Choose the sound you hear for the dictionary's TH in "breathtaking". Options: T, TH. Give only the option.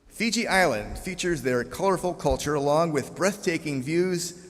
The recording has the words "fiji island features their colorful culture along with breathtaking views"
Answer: TH